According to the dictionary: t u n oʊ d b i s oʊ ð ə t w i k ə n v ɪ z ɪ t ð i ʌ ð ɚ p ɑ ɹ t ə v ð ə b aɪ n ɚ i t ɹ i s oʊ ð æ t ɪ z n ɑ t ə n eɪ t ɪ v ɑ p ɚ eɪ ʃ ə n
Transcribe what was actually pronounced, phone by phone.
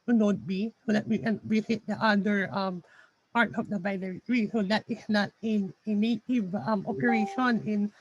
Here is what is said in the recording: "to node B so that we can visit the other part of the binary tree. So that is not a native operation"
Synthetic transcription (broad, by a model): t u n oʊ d b i s oʊ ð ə t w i k ə n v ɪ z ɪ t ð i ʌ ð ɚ p ɑ ɹ t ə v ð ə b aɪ l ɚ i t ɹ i s oʊ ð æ t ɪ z n ɑ t n eɪ t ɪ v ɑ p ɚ eɪ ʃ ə n